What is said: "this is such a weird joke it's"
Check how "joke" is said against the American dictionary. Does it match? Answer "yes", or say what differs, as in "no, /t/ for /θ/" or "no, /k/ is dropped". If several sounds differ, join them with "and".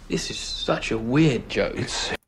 no, /k/ is dropped